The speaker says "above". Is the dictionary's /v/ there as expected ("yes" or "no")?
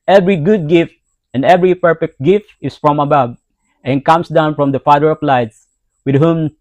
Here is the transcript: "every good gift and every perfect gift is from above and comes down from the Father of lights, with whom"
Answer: no